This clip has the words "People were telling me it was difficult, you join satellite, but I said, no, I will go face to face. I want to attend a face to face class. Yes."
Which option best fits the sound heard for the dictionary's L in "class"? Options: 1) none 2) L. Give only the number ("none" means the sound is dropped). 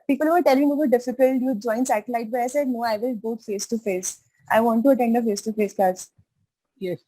1